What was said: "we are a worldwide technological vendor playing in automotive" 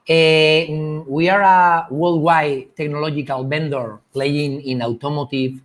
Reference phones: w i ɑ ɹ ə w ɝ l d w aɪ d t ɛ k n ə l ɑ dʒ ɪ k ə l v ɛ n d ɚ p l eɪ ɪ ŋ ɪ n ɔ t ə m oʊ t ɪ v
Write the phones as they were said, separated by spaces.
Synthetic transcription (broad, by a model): w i ɑ ɹ ə w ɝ l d w aɪ t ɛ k n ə l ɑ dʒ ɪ k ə l b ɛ n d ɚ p l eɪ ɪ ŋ ɪ n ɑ t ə m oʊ t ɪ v